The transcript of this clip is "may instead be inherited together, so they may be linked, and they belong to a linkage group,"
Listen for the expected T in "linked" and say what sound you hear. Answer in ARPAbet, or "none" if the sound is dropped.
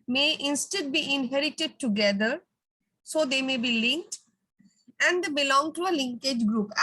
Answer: T